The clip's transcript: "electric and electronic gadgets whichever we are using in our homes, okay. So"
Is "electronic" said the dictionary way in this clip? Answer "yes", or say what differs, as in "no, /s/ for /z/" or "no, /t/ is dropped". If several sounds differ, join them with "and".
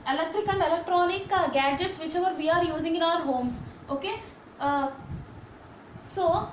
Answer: yes